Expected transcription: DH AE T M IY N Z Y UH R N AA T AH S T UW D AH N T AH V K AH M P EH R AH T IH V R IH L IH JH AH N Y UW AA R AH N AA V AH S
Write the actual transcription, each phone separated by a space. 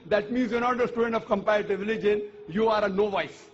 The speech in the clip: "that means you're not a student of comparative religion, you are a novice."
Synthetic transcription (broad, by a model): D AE T M IY N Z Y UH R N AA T AH S T UW D AH N T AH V K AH M P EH AH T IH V R IH L IH JH AH N Y UW AA R AH N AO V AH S